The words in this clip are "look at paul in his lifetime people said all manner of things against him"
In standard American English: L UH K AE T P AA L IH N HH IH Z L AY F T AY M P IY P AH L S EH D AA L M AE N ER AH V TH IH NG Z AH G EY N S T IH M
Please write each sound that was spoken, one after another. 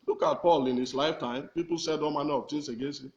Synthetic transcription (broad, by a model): L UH K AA T P AA L IH N HH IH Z L AY F T AY M P IY P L S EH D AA M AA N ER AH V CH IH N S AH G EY S IH